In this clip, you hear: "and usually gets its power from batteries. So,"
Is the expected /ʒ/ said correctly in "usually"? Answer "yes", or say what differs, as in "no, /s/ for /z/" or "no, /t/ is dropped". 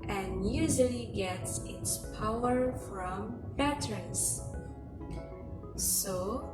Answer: no, /z/ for /ʒ/